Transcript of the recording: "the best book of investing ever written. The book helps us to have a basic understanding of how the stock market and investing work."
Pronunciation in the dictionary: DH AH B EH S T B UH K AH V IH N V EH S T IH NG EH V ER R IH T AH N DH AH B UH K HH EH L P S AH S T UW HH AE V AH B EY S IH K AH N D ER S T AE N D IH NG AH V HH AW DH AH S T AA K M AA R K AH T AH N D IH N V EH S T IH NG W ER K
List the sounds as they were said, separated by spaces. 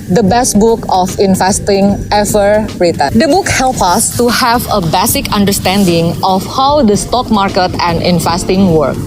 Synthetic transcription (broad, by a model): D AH B EH S T B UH K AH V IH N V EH S T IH NG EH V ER R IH T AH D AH B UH K HH EH L P AH S T UW HH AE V AH B EY S IH K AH N D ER S T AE N D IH NG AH F HH AW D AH S T AA K M AA R K AH T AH N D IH N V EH S T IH NG W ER K